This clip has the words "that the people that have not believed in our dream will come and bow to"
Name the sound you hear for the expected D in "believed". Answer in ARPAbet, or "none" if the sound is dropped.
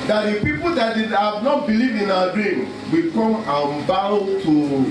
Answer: none